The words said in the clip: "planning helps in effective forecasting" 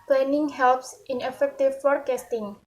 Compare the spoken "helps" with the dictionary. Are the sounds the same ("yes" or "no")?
yes